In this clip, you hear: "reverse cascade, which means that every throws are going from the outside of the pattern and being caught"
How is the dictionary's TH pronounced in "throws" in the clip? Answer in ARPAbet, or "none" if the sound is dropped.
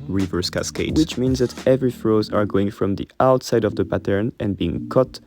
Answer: F